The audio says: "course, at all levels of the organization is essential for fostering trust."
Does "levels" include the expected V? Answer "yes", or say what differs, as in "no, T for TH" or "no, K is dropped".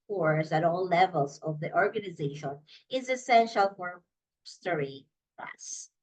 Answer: yes